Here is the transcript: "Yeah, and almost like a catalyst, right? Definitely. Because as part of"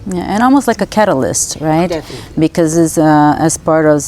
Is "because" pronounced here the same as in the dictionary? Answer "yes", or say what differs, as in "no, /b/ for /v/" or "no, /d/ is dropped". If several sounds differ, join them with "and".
no, /z/ is dropped